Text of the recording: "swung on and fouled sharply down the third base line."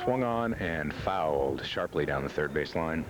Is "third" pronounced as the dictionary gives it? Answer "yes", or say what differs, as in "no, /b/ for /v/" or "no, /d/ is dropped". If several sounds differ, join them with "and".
yes